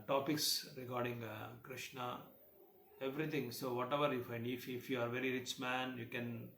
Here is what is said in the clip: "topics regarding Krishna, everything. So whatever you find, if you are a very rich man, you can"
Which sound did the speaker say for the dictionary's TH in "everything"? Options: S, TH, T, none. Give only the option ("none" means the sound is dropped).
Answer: T